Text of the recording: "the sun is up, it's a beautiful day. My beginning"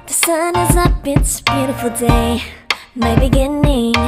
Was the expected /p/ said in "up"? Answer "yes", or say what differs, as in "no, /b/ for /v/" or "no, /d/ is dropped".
no, /b/ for /p/